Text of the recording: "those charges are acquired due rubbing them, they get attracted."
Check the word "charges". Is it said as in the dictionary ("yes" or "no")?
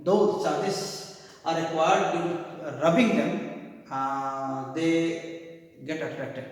no